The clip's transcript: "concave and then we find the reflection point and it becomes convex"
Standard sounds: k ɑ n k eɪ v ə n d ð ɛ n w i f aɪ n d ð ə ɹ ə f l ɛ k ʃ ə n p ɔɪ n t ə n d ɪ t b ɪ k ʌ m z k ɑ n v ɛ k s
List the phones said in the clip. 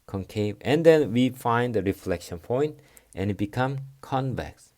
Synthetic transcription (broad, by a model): k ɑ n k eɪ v ə n d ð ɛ n w i f aɪ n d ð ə ɹ ə f l ɛ k ʃ ə n p ɔɪ n t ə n ɪ t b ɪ k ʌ m k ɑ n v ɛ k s